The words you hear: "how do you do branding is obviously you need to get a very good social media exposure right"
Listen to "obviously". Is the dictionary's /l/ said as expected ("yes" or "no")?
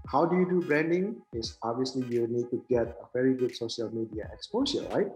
yes